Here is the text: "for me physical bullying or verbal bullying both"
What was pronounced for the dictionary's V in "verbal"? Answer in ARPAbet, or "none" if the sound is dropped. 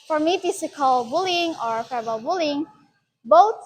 F